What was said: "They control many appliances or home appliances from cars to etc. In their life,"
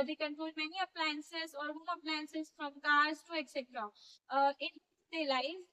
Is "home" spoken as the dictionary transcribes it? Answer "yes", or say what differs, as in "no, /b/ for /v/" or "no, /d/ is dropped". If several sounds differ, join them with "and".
no, /m/ is dropped